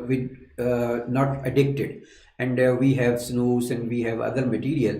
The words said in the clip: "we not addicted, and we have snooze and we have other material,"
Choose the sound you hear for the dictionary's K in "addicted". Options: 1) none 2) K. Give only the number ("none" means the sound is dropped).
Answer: 2